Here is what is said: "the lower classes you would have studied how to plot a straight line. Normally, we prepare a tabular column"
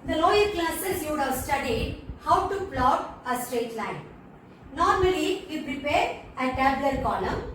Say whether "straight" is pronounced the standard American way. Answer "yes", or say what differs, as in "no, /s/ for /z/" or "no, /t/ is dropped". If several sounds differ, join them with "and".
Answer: yes